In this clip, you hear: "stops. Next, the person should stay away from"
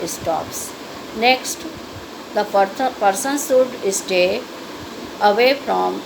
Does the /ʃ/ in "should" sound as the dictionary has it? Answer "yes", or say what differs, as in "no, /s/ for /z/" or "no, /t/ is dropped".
no, /s/ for /ʃ/